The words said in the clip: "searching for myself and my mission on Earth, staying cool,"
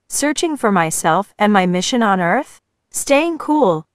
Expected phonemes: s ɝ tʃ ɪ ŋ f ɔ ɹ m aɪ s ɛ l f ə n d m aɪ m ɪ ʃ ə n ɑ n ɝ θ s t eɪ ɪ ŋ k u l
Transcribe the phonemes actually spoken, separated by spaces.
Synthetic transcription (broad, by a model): s ɝ tʃ ɪ ŋ f ɔ ɹ m aɪ s ɛ l f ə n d m aɪ m ɪ ʃ ə n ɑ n ɝ θ s t eɪ ɪ ŋ k u l